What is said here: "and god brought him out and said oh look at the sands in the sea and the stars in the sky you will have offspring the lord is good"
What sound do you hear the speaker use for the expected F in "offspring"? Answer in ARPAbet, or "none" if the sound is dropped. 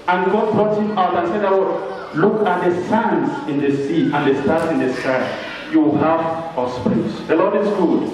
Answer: none